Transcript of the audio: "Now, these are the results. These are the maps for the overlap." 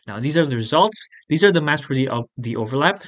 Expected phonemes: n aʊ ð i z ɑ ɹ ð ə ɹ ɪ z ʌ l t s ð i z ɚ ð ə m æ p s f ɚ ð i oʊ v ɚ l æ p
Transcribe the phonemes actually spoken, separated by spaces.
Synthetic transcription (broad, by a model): n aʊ ð i z ɑ ɹ ð ə ɹ ɪ z ʌ l t s ð i z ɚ ð ə m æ s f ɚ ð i oʊ v ɚ l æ p